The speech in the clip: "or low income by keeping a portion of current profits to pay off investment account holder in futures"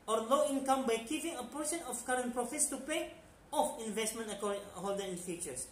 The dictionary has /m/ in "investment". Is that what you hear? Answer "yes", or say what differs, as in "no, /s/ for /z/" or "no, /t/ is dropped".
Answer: yes